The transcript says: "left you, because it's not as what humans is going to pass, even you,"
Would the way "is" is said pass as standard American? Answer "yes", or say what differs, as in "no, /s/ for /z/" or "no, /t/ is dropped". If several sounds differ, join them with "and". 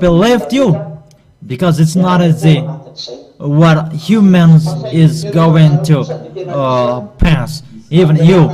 yes